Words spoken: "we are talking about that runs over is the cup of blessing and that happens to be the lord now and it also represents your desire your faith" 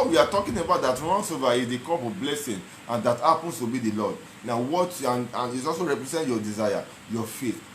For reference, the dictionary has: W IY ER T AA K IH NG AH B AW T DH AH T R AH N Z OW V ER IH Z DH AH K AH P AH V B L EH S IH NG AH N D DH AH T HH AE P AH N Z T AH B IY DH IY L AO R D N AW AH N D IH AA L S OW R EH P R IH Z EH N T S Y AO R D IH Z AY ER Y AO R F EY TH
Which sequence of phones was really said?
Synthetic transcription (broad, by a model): W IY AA T AA K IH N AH B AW T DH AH T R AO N S OW V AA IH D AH K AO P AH B L EH S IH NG AH N D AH T HH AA P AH N S T AH B IY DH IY L AO D N AW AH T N IH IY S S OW R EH P R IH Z EH N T Y AO D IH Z AY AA Y AO F EY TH